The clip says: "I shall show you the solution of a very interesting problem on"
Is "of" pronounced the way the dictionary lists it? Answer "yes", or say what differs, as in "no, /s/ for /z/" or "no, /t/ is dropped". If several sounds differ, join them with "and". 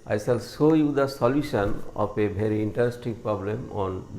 no, /p/ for /v/